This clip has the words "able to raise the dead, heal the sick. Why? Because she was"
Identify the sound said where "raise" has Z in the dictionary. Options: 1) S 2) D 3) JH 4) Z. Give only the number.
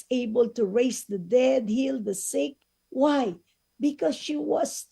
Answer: 1